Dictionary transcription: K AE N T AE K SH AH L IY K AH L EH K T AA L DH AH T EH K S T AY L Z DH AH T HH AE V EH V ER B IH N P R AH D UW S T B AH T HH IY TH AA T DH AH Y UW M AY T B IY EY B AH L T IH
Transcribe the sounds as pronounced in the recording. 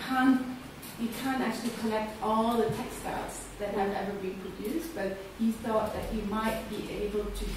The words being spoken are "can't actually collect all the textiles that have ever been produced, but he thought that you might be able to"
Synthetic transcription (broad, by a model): K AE N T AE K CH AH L IY K AH L EH K T AA L DH AH T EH K S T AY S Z DH AH T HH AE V EH V ER B IH N P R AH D UW S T B AH T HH IY TH AA T DH AH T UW M AY T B IY EY B AH L T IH